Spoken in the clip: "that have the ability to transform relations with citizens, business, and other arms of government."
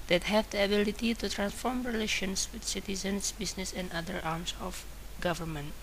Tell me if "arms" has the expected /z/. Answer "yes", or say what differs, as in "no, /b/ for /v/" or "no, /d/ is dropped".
no, /s/ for /z/